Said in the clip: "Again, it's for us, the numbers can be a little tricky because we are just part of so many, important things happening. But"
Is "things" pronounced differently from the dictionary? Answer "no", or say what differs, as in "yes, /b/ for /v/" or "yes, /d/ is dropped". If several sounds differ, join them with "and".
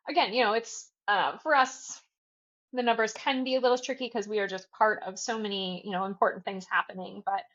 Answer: no